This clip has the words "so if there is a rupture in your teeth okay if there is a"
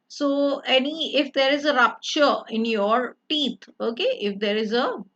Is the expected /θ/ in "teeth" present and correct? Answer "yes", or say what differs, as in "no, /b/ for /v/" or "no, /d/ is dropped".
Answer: no, /t/ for /θ/